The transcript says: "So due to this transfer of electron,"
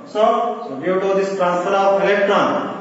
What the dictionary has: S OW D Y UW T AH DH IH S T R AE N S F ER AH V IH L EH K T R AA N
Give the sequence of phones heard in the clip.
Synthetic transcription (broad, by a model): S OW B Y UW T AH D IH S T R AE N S ER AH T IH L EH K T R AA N